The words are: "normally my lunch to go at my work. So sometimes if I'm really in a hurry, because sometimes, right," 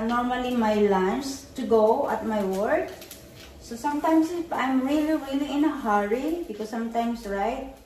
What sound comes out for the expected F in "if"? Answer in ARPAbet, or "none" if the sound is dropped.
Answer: P